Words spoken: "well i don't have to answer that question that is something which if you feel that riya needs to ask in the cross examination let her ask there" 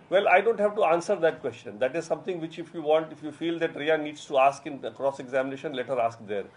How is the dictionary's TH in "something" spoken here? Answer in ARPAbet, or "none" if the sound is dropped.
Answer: T